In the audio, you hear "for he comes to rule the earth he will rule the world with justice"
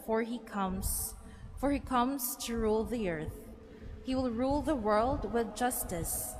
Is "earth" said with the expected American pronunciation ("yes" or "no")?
yes